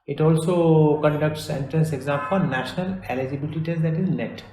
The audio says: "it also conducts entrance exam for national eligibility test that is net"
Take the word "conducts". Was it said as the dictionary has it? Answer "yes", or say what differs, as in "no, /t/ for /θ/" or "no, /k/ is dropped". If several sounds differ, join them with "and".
yes